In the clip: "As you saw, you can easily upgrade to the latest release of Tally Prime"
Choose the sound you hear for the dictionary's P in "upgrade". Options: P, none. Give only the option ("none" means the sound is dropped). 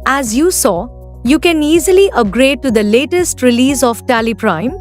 none